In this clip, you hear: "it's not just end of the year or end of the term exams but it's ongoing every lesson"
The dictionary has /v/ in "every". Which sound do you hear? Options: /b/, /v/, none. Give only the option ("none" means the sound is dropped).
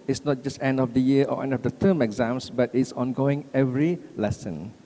/v/